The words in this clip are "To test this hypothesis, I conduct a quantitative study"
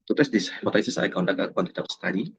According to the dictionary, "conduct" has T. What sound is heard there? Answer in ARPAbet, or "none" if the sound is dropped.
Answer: none